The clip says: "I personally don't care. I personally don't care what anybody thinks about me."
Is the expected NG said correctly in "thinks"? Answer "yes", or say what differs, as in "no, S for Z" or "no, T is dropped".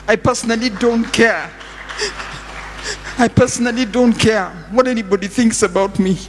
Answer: yes